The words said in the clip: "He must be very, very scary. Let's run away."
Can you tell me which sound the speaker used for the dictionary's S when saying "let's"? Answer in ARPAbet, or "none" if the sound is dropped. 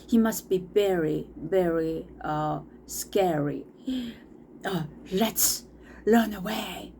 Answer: S